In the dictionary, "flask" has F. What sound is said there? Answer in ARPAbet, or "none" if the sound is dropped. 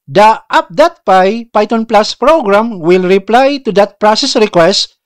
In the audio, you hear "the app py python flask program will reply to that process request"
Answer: P